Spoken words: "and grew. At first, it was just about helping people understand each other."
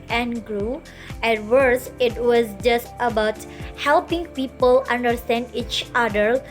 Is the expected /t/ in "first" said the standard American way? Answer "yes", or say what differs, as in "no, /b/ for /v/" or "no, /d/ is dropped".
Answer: no, /t/ is dropped